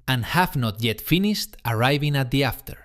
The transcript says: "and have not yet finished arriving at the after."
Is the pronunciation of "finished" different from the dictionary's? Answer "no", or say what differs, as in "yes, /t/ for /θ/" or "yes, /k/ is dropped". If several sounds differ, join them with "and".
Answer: no